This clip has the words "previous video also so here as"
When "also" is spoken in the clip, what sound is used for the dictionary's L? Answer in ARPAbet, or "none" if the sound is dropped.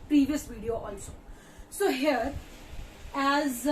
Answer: N